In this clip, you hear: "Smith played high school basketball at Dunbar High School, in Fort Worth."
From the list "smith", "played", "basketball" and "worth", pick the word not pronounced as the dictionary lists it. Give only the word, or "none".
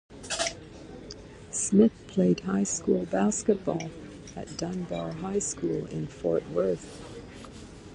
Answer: none